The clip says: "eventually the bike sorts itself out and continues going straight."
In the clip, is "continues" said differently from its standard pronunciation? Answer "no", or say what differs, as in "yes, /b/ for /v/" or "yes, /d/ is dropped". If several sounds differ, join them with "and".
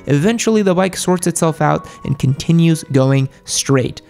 no